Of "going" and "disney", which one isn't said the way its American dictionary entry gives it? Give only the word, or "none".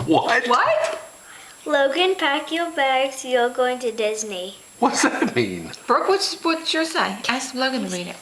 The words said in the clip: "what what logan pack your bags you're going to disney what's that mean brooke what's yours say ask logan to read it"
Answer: none